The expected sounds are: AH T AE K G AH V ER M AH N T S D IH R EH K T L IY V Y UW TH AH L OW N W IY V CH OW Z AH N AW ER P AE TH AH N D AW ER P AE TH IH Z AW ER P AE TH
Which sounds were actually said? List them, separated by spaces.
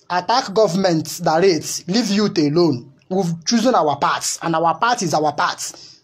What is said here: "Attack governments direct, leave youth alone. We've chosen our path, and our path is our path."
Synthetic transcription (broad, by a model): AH T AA K G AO V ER M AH N T D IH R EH T L IY V Y UW T AH L OW N W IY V CH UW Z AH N AW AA P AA T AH N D AW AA P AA T IH Z AW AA P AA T